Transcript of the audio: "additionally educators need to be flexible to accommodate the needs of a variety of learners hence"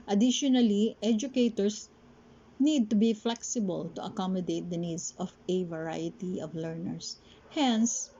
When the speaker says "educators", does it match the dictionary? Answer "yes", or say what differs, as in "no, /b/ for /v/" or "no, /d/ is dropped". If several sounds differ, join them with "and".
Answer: no, /s/ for /z/